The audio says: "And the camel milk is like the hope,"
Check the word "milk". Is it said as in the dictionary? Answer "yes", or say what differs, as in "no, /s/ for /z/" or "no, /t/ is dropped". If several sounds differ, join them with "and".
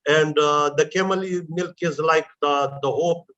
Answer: yes